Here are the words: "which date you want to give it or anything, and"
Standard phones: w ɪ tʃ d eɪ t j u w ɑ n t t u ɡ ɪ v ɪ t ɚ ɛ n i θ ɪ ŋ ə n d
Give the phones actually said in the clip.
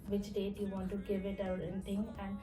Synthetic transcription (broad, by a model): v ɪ tʃ d eɪ t j u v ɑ n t t u ɡ ɪ v ɪ t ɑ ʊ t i t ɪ ŋ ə n d